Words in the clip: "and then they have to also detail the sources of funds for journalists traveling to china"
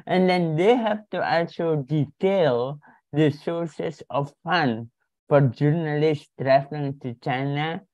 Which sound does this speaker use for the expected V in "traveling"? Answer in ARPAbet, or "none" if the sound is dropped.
F